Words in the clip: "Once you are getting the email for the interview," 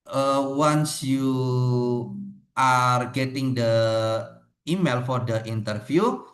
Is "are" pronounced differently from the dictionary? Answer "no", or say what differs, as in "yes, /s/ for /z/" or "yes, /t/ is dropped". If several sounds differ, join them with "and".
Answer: no